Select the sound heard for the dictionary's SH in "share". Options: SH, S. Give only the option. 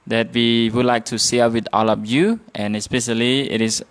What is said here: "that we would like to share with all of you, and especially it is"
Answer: S